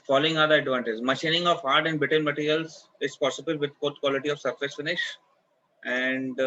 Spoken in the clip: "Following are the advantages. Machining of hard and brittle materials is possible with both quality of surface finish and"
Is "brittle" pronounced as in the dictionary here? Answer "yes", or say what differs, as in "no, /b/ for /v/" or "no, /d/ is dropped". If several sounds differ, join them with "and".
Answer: no, /ɹ/ is dropped and /n/ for /l/